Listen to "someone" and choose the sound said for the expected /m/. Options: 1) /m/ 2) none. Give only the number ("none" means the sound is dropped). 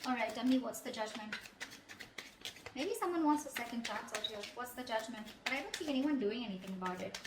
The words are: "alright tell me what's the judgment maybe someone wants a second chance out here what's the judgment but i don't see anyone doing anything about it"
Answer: 1